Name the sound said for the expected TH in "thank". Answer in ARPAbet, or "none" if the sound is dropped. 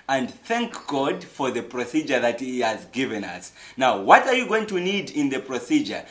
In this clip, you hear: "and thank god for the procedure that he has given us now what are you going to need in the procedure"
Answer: TH